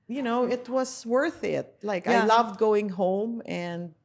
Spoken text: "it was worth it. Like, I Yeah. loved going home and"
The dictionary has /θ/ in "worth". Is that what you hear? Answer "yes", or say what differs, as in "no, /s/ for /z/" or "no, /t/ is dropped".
yes